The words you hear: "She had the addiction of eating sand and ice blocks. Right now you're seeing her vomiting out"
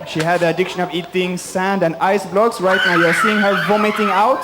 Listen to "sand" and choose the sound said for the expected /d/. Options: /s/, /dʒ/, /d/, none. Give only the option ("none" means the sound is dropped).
/d/